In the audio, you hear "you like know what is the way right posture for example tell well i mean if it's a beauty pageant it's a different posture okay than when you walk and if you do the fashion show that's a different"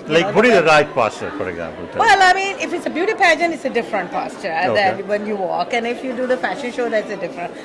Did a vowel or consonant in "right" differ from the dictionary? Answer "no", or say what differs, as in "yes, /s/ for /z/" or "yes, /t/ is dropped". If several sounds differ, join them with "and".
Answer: no